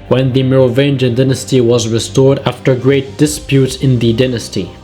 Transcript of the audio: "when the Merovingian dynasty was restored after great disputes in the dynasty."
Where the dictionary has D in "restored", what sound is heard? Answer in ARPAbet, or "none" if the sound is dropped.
D